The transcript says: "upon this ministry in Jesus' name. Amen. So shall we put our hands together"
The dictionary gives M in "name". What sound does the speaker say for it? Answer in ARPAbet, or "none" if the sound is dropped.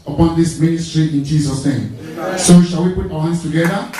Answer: none